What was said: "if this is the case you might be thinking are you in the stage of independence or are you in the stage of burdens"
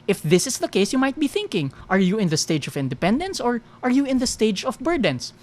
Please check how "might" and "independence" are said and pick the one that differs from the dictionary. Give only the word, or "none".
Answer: none